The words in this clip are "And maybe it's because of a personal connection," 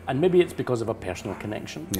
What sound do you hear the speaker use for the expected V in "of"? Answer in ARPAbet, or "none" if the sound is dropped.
V